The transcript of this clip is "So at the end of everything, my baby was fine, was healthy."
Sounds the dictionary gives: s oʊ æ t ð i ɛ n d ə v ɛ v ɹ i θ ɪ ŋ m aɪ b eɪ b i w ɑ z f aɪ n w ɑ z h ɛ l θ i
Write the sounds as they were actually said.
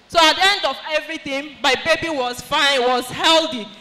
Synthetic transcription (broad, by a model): s oʊ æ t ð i ɛ n d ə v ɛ v ɹ i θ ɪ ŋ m aɪ b eɪ b i w ɑ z f aɪ n w ɑ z h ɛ l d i